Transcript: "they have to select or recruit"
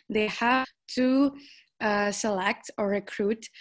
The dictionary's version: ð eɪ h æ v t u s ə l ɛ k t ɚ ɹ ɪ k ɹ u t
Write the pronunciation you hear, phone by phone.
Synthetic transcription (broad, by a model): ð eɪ h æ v t u s ə l ɛ k t ɚ ɹ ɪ k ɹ u t